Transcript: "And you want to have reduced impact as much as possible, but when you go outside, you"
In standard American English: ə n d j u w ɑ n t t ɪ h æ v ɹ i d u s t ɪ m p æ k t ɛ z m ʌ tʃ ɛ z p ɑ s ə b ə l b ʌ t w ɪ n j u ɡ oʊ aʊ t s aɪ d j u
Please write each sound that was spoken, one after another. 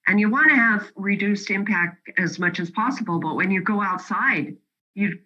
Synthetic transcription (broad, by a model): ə n j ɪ w ɑ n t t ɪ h v ɹ i d u s t ɪ m p æ k t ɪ z m ʌ tʃ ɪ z p ɑ s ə b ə l b ʌ t w ɪ n j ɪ ɡ oʊ aʊ t s aɪ d j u